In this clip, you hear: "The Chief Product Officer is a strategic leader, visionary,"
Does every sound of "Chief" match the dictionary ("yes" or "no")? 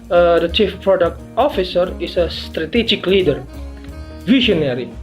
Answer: yes